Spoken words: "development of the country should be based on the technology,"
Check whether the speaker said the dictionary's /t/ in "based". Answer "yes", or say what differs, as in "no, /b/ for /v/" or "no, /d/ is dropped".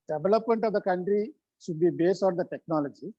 no, /t/ is dropped